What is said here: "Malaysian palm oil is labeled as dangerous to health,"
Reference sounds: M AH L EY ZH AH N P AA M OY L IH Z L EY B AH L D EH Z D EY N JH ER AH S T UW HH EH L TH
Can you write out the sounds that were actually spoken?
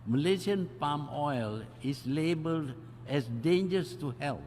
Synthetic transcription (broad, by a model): M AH L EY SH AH N P AA M OY L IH S L EY B AH L D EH S D EY N JH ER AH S T UW HH EH L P